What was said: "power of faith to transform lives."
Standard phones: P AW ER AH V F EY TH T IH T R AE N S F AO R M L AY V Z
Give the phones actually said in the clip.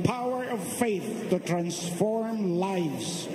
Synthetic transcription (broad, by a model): P AW ER AH V F EY TH T IH T R AE N S F AO R M L AY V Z